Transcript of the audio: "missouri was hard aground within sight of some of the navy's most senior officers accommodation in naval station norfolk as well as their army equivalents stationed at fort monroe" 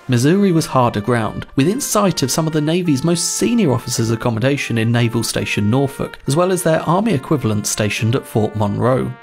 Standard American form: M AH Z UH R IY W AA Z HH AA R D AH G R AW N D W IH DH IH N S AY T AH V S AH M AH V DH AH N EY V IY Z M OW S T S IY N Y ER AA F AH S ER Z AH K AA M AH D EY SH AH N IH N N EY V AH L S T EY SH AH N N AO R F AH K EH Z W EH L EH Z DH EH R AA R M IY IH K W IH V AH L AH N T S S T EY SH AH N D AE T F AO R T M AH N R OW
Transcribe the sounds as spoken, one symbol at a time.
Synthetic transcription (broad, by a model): M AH Z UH R IY W AA Z HH AA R D AH G R AW N D W IH DH IH N S AY T AH V S AH M AH V DH AH N EY V IY Z M OW S T S IY N Y ER AA F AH S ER Z AH K AA M AH D EY SH AH N IH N N EY V AH L S T EY SH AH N N AO R F AH K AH Z W EH L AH Z DH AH R AA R M IY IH K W IH V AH L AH N T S S T EY SH AH N D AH T F AO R T M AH N R OW